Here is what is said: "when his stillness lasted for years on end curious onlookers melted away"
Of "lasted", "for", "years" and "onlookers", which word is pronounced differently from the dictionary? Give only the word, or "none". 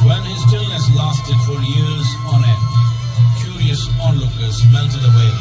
none